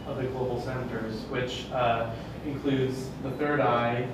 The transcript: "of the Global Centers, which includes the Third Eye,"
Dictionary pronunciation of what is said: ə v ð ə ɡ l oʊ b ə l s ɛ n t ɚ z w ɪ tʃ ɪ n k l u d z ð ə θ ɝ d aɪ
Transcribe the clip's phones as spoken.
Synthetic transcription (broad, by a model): ə v ð ə ɡ l oʊ b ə l s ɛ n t ɚ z w ɪ tʃ ɪ n k l u d z ð ə θ ɝ d aɪ